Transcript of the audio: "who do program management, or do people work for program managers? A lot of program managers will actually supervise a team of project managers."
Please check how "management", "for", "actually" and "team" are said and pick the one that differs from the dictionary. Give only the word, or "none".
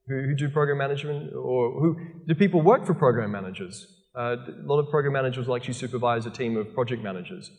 actually